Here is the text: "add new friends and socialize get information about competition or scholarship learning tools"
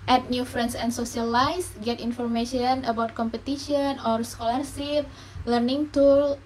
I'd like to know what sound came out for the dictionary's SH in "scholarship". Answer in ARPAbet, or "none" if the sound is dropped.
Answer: S